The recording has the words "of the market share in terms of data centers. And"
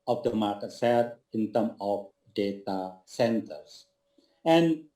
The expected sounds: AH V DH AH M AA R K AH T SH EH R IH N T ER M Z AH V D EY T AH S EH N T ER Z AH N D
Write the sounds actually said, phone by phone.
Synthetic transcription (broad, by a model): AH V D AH M AA R K AH T S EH L IH N T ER M AH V D EY T AH S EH N T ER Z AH N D